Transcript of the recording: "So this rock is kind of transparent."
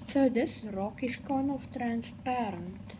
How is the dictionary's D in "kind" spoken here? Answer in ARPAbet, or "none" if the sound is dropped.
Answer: none